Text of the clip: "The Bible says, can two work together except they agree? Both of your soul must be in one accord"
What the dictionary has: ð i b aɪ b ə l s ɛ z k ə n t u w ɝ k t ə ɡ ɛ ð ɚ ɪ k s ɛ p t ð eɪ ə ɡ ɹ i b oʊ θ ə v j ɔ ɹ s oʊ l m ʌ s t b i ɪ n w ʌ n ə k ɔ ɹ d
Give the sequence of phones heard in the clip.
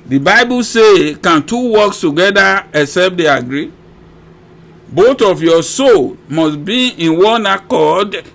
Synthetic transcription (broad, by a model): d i b aɪ b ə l s ɛ k ə n t u w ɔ k t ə ɡ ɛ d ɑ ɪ s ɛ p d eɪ ə ɡ ɹ i b oʊ t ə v j ɔ s oʊ l m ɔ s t b i ɪ n w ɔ n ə k ɔ d